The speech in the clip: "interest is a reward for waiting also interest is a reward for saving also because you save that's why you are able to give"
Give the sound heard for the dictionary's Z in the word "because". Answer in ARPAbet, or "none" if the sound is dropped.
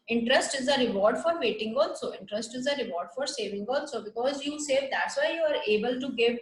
Z